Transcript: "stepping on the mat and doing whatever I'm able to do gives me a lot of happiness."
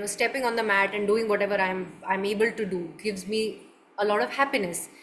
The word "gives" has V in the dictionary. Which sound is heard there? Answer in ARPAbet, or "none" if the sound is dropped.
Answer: V